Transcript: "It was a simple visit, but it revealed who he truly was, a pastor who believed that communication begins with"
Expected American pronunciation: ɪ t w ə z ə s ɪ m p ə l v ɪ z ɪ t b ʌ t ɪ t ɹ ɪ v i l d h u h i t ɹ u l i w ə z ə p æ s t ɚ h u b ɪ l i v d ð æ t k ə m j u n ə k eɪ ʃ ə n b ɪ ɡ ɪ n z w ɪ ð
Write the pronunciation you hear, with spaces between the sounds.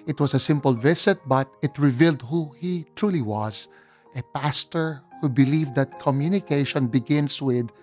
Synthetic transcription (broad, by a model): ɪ t w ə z ə s ɪ m p ə l v ɪ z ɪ t b ʌ t ɪ t ɹ ɪ v i l d h u h i t ɹ u l i w ə z ə p æ s t ɚ h u b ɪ l i v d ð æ t k ə m j u n ə k eɪ ʃ ə n b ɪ ɡ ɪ n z w ɪ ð